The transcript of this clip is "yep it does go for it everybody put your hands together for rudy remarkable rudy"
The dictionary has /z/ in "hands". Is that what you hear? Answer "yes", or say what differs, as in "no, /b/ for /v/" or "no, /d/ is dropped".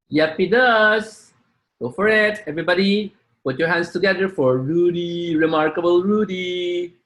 no, /s/ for /z/